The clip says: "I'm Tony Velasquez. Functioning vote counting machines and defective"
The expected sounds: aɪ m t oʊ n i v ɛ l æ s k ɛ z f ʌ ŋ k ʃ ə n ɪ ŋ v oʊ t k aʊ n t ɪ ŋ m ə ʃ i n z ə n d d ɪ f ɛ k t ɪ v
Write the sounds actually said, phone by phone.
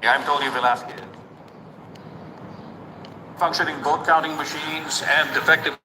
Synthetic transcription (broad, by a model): aɪ m t oʊ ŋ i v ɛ l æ s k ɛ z f ʌ ŋ k ʃ ə n ɪ ŋ b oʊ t k aʊ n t ɪ ŋ m ə ʃ i n z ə n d d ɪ f ɛ k t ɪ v